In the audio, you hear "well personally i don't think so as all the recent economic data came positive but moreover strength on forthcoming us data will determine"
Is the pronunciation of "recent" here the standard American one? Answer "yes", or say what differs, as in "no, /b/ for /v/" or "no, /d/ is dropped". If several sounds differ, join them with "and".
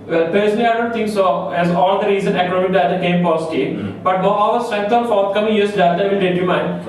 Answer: no, /t/ is dropped